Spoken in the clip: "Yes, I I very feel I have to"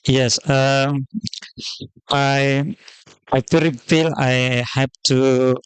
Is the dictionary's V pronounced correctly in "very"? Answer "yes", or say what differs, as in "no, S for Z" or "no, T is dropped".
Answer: no, F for V